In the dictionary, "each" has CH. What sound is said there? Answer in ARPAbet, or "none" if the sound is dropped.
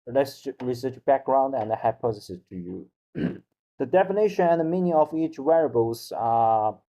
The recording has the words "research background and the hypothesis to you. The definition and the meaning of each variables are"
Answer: CH